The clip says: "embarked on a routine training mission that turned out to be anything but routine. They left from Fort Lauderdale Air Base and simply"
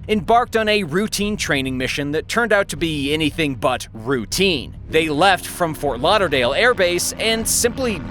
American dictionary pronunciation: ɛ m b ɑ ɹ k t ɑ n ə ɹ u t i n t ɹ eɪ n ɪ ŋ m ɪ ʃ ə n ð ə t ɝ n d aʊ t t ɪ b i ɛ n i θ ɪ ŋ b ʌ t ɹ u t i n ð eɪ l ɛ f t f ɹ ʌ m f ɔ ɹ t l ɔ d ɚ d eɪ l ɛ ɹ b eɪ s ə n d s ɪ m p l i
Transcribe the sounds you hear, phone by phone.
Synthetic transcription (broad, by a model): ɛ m b ɑ ɹ k t n ə ɹ u t i n t ɹ eɪ n ɪ ŋ m ɪ ʃ ə n ð ə t ɝ n d aʊ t t ɪ b i ɛ n i θ ɪ ŋ b ʌ t ɹ u t i n ð eɪ l ɛ f t f ɹ ʌ m f ɔ ɹ t l ɔ d ɚ d eɪ l ɛ ɹ b eɪ s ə n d s ɪ m p l i